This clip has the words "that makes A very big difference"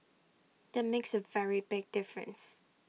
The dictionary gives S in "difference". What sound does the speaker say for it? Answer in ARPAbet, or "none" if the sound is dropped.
S